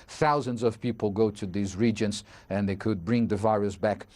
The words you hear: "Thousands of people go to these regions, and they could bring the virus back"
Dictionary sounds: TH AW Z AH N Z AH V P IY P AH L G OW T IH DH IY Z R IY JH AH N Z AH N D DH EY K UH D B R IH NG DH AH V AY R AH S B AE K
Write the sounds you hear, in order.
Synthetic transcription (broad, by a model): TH AW Z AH N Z AH V P IY P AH L G OW T IH DH IY Z R IY JH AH N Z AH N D DH EY K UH D B R IH NG DH AH V AY R AH S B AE K